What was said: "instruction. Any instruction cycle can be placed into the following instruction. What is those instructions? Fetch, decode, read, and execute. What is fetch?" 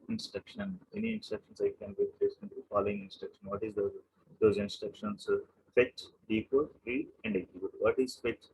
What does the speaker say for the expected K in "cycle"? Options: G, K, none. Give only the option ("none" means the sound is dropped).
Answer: none